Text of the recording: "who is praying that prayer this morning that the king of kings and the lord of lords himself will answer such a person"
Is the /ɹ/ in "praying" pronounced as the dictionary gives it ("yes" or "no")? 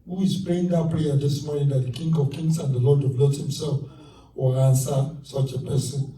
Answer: no